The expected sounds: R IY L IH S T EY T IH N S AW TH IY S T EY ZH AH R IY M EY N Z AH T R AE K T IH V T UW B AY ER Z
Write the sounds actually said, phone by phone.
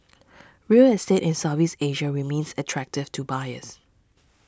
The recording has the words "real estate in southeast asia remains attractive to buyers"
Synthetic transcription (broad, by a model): R IY L IH S T EY T IH N S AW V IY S EY ZH AH R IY M EY N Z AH T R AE K T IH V T UW B AY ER S